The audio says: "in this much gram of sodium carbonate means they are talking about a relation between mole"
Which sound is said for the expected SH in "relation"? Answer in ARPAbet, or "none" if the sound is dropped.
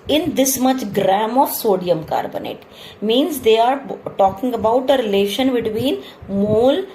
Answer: SH